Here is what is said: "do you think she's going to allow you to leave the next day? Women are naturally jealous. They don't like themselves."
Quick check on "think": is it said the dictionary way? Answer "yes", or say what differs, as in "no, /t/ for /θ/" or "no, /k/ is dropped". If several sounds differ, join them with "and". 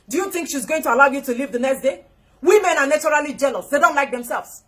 yes